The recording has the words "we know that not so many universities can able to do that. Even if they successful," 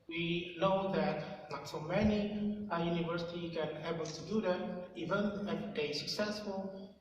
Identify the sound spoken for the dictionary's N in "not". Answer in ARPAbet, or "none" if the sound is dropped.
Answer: L